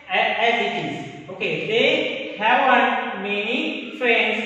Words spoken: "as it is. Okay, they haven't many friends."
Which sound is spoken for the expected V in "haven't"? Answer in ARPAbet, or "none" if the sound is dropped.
W